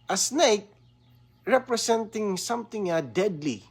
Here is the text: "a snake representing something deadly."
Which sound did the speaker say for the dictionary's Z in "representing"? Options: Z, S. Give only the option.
S